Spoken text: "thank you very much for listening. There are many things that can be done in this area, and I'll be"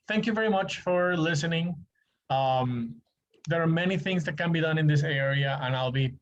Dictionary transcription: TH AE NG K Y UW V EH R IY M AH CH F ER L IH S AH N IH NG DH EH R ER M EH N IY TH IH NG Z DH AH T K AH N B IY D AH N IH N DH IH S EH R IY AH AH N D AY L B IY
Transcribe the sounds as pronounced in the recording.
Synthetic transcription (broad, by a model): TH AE NG K Y UW V EH R IY M AH CH F ER L IH S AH N IH NG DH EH R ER M EH N IY TH IH NG Z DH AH T K AH N B IY D AH N IH N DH IH S EH R IY AH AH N AY L B IY